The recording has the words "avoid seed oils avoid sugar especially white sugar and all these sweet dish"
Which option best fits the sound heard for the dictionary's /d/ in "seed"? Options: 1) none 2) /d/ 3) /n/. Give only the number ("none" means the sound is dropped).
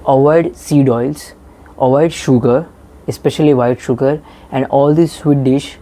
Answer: 2